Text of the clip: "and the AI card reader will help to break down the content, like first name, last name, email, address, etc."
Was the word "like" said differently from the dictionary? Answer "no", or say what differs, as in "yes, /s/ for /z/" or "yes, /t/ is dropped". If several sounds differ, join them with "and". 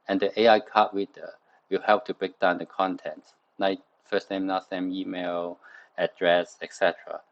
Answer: yes, /n/ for /l/